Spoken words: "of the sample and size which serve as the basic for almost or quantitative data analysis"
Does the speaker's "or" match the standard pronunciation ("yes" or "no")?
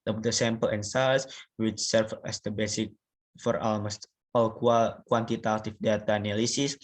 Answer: no